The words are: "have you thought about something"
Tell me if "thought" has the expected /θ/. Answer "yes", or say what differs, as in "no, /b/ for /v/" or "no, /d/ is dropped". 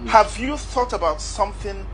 yes